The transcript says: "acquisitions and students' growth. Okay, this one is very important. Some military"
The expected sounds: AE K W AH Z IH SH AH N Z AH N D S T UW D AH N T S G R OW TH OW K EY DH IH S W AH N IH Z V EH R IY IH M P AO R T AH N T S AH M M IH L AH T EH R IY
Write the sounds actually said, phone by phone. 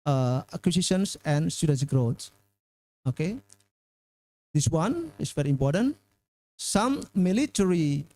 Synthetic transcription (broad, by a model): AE K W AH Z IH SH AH N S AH N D S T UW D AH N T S G R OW S OW K EY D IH S W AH N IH S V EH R IY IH M P AO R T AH N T S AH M M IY L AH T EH R IY